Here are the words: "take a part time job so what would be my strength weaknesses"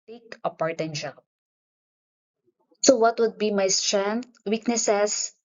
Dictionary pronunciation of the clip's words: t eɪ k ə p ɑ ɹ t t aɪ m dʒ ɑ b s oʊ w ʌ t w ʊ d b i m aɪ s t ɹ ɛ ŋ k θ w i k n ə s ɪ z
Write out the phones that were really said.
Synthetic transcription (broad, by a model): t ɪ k ə p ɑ ɹ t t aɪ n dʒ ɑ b s oʊ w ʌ t w ʊ d b i m aɪ s t ɹ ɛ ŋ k t w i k n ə s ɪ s